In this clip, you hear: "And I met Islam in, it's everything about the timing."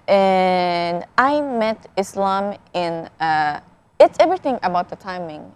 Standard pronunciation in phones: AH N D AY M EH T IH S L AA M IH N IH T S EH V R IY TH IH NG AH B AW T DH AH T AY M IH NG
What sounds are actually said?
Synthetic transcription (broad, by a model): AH N AY M EH T IH S L AA M IH N IH T S EH V R IY TH IH NG AH B AW T DH AH T AY M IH NG